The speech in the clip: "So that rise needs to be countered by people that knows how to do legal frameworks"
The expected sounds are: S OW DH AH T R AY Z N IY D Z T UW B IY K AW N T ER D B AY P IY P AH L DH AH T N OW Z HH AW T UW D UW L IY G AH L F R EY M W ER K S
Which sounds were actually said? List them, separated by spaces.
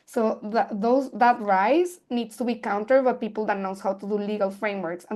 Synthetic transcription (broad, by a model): S OW DH AH T R AY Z N IY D S T UW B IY K AW N T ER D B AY P IY P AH L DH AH T N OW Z HH AW T UW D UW L IY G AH L F R EY M W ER K S